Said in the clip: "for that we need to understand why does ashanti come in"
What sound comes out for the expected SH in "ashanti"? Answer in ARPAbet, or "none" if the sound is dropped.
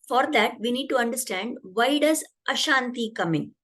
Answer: SH